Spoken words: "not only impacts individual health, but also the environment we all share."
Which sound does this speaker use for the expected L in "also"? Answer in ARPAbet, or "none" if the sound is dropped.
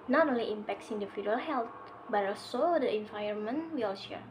none